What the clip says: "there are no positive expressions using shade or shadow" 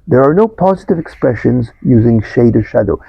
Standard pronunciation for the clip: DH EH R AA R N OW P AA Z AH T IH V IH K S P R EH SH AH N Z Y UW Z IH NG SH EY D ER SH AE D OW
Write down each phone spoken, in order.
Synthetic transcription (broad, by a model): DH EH R AA R N OW P AA Z AH T IH V IH K S P R EH SH AH N Z Y UW Z IH NG SH EY D ER SH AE D OW